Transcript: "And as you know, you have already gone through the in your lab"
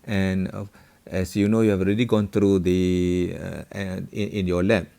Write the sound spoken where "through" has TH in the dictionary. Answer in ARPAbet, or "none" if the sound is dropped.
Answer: T